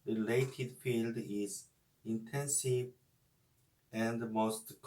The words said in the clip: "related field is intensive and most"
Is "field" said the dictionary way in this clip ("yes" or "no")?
yes